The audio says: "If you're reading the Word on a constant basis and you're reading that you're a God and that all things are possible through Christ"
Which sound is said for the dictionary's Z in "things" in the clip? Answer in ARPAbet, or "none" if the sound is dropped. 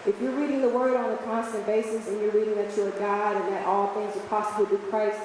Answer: Z